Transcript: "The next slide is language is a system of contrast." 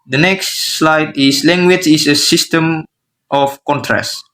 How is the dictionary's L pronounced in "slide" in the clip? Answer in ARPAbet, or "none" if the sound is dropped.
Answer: L